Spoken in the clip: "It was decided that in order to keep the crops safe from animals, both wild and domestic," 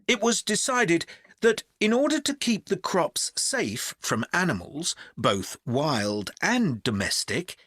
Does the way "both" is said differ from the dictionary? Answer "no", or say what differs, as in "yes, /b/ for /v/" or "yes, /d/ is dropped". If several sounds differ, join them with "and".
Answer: no